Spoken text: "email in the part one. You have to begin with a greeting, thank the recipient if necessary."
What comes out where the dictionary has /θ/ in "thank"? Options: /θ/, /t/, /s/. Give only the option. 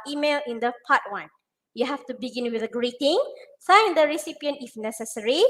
/s/